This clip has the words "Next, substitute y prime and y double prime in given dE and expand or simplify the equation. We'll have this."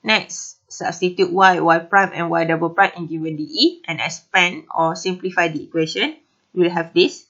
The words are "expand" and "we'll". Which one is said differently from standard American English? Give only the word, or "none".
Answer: expand